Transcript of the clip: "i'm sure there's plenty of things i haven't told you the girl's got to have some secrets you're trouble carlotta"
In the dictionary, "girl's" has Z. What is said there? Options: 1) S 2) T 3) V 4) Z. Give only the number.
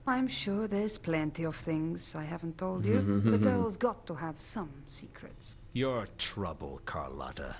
4